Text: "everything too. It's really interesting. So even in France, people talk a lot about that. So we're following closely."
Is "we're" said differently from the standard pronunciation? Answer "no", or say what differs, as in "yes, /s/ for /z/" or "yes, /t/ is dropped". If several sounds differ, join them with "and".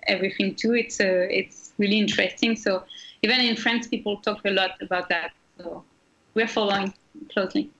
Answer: no